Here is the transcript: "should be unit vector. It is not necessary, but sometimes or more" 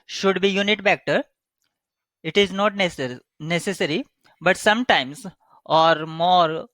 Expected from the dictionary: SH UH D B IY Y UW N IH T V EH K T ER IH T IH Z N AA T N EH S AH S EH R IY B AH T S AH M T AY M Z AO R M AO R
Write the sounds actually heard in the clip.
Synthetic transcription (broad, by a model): SH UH D B IY Y UW N IH T B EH K T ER IH T IH Z N AA T N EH S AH S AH R IY B AH T S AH M T AY M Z AO R M AO R